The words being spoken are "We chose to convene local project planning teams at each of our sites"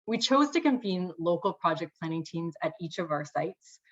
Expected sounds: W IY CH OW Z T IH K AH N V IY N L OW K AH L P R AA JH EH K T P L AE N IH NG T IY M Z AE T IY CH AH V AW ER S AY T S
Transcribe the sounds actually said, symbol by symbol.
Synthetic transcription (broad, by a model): W IY CH OW Z T IH K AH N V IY N L OW K L P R AA JH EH K P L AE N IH NG T IY M Z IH T IY CH AH V AW ER S AY T S